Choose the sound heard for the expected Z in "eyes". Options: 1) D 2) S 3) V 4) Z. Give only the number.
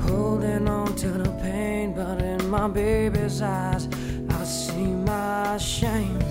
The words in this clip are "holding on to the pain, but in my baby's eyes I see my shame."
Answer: 4